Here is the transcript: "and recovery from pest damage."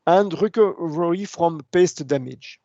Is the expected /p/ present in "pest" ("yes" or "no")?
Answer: yes